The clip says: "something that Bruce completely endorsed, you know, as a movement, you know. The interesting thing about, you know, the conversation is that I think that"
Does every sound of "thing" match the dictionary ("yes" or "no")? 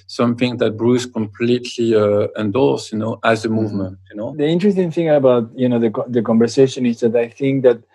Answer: yes